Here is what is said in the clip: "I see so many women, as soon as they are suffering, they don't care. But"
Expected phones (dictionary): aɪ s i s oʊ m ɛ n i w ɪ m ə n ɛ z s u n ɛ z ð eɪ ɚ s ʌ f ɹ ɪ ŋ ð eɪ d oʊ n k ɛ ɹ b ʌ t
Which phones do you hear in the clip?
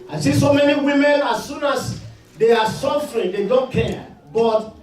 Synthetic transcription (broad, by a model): aɪ s i s oʊ m ɛ n i w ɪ m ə n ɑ s u n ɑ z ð eɪ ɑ s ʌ f ɹ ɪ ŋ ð eɪ d oʊ n k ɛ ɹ b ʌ t